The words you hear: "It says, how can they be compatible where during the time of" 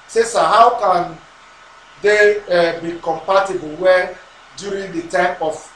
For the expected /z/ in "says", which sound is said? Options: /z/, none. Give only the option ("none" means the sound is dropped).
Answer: none